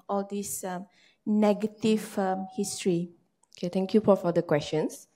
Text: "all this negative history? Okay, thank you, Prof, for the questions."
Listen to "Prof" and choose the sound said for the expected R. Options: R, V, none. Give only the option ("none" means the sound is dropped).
none